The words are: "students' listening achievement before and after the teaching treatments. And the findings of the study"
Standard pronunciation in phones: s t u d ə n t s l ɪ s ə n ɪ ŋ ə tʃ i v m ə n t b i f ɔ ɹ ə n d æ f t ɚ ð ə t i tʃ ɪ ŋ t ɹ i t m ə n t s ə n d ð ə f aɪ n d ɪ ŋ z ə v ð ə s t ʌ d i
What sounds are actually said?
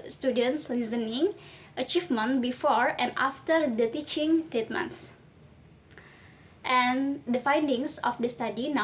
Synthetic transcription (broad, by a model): s t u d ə n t s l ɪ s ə n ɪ ŋ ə tʃ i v m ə n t b i f ɔ ɹ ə n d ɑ f t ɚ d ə t i tʃ ɪ ŋ t ɛ t m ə n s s ə n d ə f aɪ n d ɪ ŋ s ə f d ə s t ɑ d i